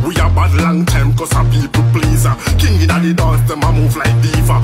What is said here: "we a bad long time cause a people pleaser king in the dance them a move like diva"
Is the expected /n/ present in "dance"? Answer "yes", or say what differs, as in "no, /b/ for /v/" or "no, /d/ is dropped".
no, /l/ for /n/